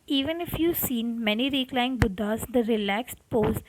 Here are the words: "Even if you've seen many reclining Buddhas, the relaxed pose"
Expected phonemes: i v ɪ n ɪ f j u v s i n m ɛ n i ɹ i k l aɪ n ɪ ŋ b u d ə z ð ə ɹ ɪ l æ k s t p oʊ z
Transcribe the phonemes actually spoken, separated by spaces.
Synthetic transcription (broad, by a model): i v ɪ n ɪ f j u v s i n m ɛ n i ɹ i k l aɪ ɪ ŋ b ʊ d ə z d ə ɹ ɪ l æ k s t p oʊ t